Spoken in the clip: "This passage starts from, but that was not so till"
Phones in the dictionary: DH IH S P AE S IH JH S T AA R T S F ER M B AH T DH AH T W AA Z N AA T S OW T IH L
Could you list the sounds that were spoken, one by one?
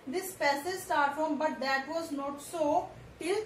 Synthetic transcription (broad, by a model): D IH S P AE S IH Z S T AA R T F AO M B AH T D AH T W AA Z N AA T S OW T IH L